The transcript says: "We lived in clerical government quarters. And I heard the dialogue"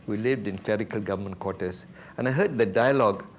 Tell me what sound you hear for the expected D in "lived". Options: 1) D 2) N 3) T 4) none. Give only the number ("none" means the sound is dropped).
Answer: 1